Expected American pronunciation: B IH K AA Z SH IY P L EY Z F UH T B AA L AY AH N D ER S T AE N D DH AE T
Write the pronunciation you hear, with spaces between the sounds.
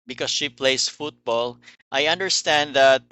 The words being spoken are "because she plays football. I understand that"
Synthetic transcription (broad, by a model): B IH K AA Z SH IY P L EY S F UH T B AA L AY AH N D ER S T AE N D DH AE T